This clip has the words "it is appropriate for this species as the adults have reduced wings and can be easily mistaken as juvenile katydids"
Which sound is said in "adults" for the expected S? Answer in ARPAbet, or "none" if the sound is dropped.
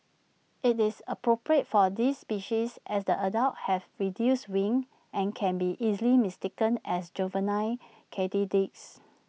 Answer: none